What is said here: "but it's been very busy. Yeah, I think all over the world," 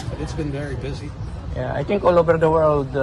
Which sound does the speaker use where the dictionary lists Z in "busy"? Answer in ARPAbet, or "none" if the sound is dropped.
Z